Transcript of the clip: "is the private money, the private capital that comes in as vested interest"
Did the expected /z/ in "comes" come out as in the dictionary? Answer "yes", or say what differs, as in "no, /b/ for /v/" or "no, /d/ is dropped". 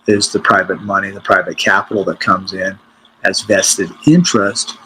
yes